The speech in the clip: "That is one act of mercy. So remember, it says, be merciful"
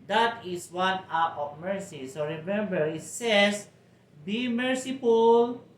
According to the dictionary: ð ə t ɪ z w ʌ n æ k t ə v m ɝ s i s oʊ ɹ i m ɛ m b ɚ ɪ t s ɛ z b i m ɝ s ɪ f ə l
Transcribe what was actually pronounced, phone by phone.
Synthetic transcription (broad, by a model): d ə t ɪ s w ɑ n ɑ t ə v m ɝ s i s oʊ ɹ i m ɛ m b ɚ ɪ t s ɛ s b i m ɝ s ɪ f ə l